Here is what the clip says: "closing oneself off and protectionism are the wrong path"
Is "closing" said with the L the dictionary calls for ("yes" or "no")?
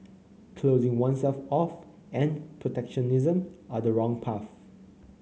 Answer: yes